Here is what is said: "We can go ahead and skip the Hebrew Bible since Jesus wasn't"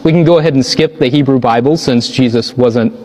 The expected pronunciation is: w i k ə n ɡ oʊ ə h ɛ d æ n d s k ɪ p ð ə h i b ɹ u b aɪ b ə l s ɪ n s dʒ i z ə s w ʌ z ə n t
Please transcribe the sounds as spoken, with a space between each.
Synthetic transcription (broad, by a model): w i k n ɡ oʊ ə h ɛ d n s k ɪ p ð ə h i b ɹ u b aɪ b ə l s ɪ n s dʒ i z ə s w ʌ z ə n t